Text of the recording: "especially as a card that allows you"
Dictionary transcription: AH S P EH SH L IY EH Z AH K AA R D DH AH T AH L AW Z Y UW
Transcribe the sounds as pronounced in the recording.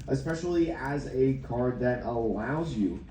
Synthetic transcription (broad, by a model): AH S P EH SH L IY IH Z AH K AA R D DH AH T AH L AW Z Y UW